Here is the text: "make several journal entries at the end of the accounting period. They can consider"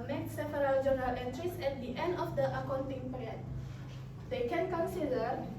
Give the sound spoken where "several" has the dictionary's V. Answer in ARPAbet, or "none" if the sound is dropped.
F